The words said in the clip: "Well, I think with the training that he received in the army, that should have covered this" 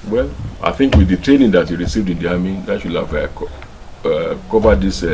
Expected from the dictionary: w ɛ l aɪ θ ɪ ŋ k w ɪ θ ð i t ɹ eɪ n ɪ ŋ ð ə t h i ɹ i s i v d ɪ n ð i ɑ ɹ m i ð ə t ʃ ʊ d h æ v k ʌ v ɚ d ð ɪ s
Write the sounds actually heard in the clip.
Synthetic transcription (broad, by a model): w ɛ l aɪ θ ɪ ŋ k w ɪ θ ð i t ɹ eɪ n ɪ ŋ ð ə t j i ɹ i s i v d ɪ n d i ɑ m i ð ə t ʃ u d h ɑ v k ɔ v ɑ d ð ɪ s